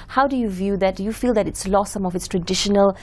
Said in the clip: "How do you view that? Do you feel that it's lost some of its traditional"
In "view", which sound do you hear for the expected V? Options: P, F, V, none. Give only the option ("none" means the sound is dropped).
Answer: V